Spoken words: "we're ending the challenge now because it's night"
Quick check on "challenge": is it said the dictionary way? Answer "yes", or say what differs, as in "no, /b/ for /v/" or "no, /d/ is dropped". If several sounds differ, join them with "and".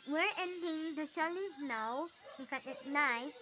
no, /ʃ/ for /tʃ/ and /n/ is dropped